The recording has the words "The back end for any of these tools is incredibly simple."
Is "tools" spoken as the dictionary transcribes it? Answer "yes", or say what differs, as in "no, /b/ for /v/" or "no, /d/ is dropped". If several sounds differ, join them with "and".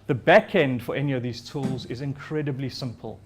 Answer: yes